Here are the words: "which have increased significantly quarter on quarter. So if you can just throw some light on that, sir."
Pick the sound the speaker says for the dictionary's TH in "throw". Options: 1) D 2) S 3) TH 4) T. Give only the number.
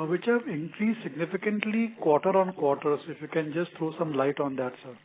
4